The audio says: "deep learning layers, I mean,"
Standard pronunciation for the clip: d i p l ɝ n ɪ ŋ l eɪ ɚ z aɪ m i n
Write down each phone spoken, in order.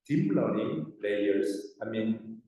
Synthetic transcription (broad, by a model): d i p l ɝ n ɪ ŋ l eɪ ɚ s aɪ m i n